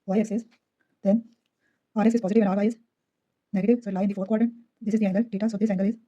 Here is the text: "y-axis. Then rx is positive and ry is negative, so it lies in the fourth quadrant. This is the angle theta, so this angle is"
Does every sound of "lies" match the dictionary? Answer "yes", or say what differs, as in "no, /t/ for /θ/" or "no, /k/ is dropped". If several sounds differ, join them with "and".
no, /z/ is dropped